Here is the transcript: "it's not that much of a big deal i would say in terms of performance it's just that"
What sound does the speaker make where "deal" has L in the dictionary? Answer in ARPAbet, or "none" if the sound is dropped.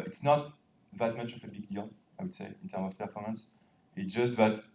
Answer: N